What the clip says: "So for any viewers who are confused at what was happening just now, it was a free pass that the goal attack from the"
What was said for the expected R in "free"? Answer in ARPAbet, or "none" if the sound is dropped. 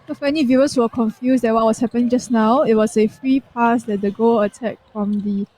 R